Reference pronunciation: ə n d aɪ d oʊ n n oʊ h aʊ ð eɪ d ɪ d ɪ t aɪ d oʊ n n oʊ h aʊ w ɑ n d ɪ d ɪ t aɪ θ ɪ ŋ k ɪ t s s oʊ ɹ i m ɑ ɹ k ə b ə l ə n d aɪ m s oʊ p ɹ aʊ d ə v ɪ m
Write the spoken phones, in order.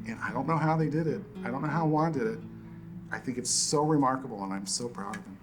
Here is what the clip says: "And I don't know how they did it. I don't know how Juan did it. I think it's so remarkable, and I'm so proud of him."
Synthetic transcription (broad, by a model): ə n aɪ d oʊ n n oʊ h aʊ ð eɪ d ɪ d ɪ t aɪ d oʊ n n oʊ h aʊ w ɑ n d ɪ d ɪ t aɪ θ ɪ ŋ k ɪ t s s oʊ ɹ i m ɑ ɹ k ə b l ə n aɪ m s oʊ p ɹ aʊ d ə v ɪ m